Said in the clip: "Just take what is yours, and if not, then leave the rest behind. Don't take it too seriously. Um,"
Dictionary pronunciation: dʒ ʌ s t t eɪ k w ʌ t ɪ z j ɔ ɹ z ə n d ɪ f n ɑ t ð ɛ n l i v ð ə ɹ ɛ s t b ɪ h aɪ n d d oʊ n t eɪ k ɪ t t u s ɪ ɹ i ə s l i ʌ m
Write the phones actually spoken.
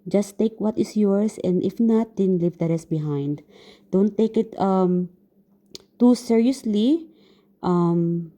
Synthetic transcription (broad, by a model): dʒ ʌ s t t eɪ k w ʌ t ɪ s j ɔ ɹ s ə n d ɪ f n ɑ t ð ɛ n l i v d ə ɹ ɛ s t b ɪ h aɪ n d d oʊ n t eɪ k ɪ t t u s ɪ ɹ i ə s l i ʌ m